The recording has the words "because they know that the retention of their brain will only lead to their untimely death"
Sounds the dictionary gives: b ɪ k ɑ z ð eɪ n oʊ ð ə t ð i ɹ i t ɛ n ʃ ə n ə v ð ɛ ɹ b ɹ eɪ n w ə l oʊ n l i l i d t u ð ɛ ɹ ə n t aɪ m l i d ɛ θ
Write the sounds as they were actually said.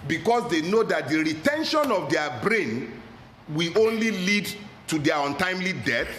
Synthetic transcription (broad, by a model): b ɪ k ɑ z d eɪ n oʊ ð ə t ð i ɹ i t ɛ n ʃ ə n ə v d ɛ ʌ b ɹ eɪ n w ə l oʊ n l i l i d t u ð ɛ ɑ ə n t aɪ m l i d ɛ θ